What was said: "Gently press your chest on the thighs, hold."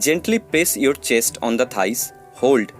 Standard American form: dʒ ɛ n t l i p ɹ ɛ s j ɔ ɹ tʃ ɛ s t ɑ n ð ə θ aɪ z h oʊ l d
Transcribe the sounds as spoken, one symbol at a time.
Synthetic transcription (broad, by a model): dʒ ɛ n t l i p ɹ ɛ s j ɔ ɹ tʃ ɛ s t ɑ n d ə t aɪ s h oʊ l d